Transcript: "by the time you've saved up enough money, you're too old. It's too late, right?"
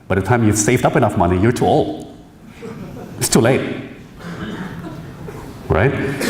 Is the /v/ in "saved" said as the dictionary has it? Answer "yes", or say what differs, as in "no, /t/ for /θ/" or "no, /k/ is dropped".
yes